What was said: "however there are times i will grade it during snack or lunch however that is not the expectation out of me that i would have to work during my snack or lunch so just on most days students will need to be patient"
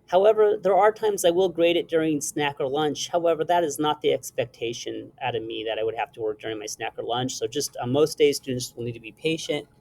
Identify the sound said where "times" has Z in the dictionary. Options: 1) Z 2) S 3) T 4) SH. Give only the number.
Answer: 1